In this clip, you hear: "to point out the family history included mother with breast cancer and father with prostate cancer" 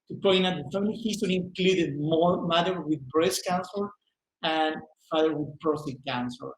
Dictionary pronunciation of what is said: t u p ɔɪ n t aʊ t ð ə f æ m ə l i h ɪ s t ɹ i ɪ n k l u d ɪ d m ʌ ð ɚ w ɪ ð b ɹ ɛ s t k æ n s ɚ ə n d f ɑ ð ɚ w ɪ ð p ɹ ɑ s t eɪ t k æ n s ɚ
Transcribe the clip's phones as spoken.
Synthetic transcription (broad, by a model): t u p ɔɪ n aʊ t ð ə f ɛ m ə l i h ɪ s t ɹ i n k l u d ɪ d m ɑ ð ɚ w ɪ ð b ɹ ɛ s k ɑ n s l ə n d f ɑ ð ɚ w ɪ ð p ɹ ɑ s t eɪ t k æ n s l